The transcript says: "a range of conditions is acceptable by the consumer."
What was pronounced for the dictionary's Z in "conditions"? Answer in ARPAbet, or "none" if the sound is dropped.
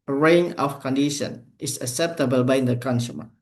none